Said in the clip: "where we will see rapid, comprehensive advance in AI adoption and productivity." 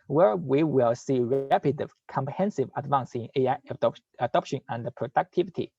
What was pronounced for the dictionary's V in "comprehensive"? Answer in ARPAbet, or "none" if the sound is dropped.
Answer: V